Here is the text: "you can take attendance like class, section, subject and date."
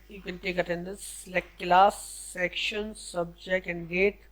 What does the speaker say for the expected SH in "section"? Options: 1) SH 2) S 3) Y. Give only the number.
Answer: 1